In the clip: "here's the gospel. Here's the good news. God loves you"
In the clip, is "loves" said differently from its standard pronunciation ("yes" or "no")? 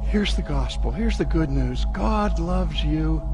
no